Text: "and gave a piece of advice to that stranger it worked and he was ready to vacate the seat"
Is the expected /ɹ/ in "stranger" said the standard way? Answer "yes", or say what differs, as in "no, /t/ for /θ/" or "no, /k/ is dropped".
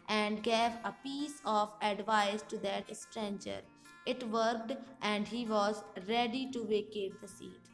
yes